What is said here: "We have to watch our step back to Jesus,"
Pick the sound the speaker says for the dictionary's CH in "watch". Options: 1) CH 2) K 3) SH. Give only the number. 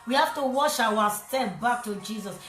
3